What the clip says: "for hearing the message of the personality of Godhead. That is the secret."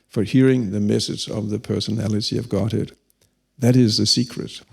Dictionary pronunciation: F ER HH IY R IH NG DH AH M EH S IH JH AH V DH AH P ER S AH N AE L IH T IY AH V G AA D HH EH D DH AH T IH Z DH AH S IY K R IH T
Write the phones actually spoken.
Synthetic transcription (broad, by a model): F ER HH IY R IH NG DH AH M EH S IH Z AH V DH AH P ER S AH N AE L IH T IY AH V G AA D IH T DH AH T IH Z DH AH S IY K R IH T